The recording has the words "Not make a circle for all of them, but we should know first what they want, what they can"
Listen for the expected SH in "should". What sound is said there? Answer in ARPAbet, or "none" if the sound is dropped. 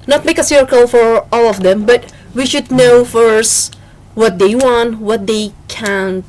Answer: SH